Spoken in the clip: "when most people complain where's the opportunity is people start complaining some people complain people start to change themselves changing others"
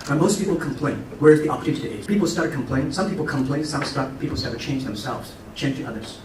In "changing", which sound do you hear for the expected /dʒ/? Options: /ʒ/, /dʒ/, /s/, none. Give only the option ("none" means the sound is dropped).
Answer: /dʒ/